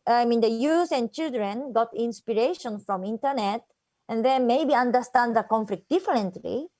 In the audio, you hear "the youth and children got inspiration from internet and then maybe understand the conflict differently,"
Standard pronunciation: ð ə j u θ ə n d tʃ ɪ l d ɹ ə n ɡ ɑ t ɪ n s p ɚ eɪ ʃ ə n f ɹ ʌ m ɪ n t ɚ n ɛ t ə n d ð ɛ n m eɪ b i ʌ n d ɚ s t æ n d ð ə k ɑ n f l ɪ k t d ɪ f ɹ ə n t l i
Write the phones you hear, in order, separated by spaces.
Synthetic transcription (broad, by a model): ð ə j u s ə n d tʃ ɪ l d ɹ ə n ɡ ɑ t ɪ n s p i eɪ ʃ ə n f ɹ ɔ m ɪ n t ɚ n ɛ t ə n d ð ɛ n m eɪ b i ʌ n d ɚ s t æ n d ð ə k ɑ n f l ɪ k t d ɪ f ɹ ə n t l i